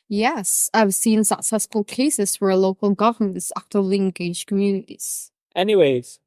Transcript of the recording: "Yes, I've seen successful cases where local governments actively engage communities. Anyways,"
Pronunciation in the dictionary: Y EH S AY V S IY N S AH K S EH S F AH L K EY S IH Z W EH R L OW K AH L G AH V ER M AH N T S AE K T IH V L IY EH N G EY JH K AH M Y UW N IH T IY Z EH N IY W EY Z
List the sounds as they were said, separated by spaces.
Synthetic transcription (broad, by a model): Y EH S AY V S IY N S AH K S EH S F AH L K EY S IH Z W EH R L OW K AH L G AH V ER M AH N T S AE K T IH L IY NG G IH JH K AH M Y UW N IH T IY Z EH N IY W EY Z